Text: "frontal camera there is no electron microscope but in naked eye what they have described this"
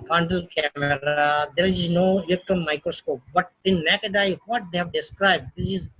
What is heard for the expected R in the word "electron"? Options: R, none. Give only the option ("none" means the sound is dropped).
none